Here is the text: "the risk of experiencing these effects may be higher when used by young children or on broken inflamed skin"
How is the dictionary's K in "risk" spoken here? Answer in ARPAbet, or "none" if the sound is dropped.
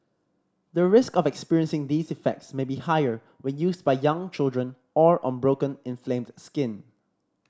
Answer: K